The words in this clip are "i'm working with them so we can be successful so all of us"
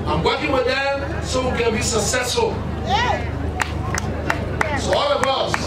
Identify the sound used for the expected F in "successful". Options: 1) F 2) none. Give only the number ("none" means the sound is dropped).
2